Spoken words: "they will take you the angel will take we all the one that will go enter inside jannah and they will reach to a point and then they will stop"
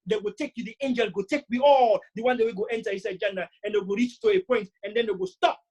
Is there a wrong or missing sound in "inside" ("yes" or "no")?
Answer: yes